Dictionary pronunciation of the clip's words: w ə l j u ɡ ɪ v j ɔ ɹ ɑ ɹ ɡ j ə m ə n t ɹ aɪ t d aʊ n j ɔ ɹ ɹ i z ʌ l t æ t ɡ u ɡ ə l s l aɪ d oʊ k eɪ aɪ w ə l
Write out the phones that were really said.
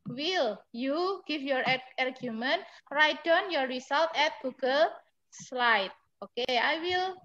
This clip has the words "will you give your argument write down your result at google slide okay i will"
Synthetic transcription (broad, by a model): w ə l j u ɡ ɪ f j ɔ ɹ ɑ ɹ ɡ j ə m ə n t ɹ aɪ t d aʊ n j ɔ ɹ ɹ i s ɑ l t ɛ t ɡ u ɡ ə l s l aɪ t oʊ k eɪ aɪ w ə l